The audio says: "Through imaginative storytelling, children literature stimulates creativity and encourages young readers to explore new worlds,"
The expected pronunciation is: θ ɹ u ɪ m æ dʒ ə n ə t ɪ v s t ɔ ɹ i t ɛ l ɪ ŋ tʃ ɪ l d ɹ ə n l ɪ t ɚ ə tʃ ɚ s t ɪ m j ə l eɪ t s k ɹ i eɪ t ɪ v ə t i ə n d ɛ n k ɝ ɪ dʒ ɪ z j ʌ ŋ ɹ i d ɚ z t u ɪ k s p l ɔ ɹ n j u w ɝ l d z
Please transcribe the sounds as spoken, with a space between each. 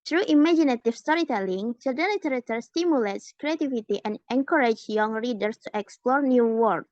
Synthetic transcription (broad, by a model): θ ɹ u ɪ m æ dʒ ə n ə t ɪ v s t ɔ ɹ i t ɛ l ɪ ŋ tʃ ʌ d ə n l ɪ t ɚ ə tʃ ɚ s t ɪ m j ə l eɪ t s k ɹ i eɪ t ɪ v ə t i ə n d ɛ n k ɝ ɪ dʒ j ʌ ŋ ɹ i d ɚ s t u ɪ k s p l ɔ ɹ n j u w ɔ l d